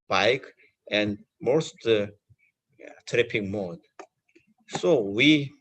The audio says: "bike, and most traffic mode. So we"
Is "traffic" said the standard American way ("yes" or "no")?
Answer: no